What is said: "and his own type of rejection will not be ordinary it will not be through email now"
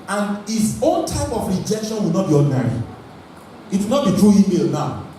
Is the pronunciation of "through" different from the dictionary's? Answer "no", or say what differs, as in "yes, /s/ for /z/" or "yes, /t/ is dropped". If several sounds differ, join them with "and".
yes, /t/ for /θ/